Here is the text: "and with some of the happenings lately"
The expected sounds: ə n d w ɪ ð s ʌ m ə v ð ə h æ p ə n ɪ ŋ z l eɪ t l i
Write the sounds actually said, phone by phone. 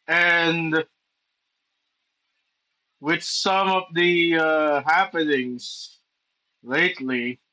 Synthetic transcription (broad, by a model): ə n w ɪ ð s ʌ m ə v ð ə h æ p ə n ɪ ŋ z l eɪ t l i